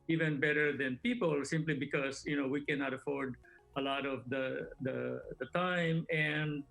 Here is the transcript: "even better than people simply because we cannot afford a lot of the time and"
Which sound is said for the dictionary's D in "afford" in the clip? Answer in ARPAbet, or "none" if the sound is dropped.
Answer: D